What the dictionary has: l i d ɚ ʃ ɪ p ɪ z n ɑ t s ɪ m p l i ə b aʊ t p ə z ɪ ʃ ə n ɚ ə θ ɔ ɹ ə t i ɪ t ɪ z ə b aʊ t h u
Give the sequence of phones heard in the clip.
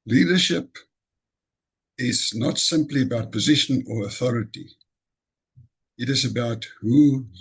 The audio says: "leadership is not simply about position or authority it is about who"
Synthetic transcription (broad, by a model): l i d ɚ ʃ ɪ p ɪ z n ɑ t s ɪ m p l i ə b aʊ t p ə z ɪ ʃ ə n ɚ ə θ ɔ ɹ ə t i ɪ t ɪ z ə b aʊ t h u